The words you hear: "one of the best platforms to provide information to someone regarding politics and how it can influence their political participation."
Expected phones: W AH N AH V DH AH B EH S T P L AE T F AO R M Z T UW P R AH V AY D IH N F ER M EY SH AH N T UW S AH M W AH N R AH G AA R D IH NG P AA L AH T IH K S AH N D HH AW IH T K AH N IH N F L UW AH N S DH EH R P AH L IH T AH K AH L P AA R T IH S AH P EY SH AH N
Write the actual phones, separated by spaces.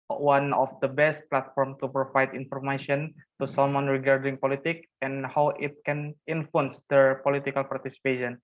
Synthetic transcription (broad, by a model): W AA N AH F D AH B EH S T P L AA T F AO R M T UW P R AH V AY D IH N F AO M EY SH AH N T UW S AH M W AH N R AH G AA R D IH NG P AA L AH T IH K AH N HH AW IH T K AH N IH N F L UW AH N S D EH R P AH L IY T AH K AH L P AA R T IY S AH P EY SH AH N